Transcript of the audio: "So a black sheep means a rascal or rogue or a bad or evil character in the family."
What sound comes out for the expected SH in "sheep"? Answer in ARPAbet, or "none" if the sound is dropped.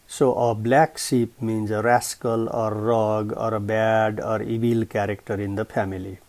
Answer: S